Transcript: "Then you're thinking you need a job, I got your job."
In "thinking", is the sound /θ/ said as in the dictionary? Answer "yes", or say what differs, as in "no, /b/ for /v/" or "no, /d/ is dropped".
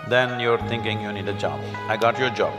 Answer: no, /t/ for /θ/